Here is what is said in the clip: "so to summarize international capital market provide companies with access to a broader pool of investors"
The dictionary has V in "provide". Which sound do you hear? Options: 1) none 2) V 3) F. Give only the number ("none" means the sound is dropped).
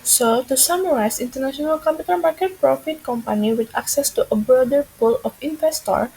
3